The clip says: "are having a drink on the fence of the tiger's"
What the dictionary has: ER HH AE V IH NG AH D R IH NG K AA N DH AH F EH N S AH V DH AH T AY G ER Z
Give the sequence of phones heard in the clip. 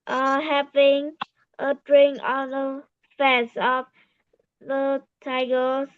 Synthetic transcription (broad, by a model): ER HH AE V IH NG AH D R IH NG AA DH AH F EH S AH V DH AH T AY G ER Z